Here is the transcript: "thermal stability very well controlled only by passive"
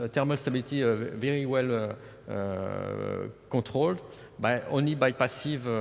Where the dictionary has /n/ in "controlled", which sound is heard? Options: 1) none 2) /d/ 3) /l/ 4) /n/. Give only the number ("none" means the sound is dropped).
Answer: 1